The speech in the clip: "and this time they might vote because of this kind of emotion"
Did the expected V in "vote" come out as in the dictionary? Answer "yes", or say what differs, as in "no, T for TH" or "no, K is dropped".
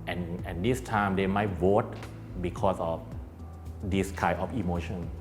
no, W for V